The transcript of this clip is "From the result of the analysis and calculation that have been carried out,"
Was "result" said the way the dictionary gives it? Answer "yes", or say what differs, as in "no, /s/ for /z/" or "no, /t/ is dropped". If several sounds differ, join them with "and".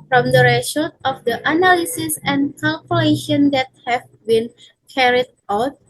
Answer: no, /l/ is dropped